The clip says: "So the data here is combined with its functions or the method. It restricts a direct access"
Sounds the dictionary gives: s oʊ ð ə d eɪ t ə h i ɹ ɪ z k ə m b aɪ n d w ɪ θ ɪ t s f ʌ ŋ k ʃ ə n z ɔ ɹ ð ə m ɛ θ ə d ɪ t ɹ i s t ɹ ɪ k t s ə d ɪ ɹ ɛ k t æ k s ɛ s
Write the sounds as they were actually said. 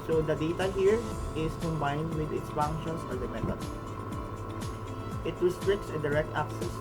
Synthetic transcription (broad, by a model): s oʊ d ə d eɪ t ə h i ɹ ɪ s k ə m b aɪ n d w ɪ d ɪ t s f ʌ ŋ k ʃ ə n s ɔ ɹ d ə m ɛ t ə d ɪ t ɹ i s t ɹ ɪ k t s ə d ɪ ɹ ɛ k t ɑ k s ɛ s